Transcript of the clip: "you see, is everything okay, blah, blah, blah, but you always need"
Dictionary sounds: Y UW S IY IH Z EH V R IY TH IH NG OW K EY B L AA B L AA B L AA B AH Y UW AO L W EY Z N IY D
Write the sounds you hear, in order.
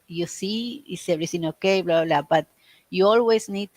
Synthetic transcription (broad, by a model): Y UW S IY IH S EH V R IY S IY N OW K EY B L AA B L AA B AA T Y UW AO L W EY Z N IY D